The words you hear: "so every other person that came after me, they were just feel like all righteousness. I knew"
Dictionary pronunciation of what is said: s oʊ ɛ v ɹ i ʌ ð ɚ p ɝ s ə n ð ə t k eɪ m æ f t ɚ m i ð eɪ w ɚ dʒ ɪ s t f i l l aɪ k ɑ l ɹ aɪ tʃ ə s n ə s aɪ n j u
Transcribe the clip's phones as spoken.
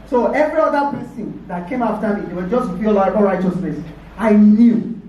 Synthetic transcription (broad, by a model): s oʊ ɛ v ɹ i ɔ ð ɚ p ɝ s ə n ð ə t k eɪ m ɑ f t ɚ m i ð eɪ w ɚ dʒ ɪ s t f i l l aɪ ɑ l ɹ aɪ tʃ ə s n ə s aɪ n j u